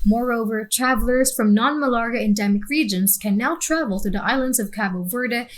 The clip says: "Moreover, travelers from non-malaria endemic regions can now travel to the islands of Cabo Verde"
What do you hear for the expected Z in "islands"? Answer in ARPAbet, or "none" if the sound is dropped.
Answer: Z